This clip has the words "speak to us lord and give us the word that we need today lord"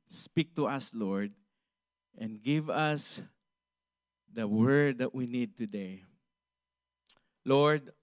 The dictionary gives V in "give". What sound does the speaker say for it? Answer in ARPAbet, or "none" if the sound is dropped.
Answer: V